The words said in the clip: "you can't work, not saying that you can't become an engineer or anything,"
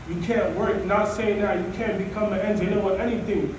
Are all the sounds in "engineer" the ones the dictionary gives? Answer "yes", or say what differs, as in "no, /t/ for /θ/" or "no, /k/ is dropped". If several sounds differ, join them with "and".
no, /w/ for /ɹ/